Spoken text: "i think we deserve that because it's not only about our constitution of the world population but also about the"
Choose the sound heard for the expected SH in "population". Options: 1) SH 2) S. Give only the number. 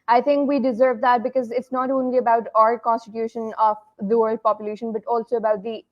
1